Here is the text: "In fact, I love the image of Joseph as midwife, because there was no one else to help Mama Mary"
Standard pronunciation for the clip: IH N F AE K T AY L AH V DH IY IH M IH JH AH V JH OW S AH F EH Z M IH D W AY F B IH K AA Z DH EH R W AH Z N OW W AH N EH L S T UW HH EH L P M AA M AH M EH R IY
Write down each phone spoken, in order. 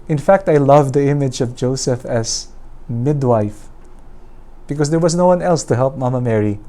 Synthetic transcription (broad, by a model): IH N F AE K T AY L AH V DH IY IH M IH JH AH V JH OW S AH F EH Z M IH D W AY F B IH K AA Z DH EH R W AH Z N OW W AH N EH L S T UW HH EH L P M AA M AH M EH R IY